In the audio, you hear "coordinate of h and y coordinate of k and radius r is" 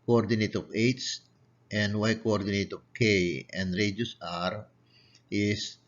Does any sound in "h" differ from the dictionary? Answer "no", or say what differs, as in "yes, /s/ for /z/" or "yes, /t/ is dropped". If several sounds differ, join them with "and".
yes, /s/ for /tʃ/